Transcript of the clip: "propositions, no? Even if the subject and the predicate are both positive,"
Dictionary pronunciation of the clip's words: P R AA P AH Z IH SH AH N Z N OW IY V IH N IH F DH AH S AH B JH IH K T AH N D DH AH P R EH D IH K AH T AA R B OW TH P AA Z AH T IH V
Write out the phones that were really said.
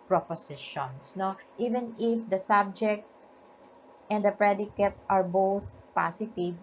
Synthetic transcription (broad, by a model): P R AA P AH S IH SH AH N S N OW IY V IH N IH F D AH S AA B JH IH K T AH N D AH P R EH D IH K AH T AA R B OW TH P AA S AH T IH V